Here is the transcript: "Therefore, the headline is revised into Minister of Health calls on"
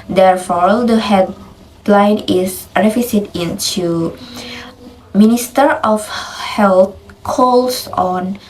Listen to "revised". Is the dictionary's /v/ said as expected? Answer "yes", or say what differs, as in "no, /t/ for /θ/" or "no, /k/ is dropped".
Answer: no, /f/ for /v/